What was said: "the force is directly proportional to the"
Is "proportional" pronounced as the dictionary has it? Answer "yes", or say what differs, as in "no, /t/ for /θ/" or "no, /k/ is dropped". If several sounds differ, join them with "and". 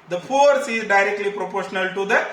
yes